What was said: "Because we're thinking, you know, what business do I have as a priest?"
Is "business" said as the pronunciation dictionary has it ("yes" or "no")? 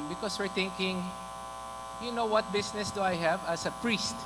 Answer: no